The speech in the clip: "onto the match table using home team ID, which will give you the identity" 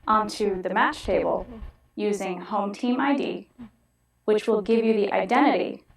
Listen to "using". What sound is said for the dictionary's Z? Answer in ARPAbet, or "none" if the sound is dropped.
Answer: Z